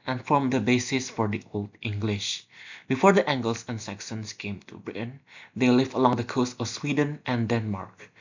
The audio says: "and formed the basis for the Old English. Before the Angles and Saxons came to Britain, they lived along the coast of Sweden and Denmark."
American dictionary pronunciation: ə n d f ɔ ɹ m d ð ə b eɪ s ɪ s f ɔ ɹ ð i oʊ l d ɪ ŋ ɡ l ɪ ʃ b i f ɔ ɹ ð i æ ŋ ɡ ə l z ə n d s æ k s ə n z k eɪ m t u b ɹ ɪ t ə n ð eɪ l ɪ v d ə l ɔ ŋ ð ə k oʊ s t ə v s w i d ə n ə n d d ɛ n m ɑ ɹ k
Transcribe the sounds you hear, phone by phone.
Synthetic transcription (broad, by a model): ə n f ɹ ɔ m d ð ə b eɪ s ɪ s f ɔ ɹ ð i oʊ l d ɪ ŋ ɡ l ɪ ʃ b i f ɔ ɹ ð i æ ŋ ɡ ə l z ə n s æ k s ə n s k eɪ m t u b ɹ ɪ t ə n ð eɪ l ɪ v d ə l ɔ ŋ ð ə k oʊ s t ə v s w i d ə n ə n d d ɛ n m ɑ ɹ k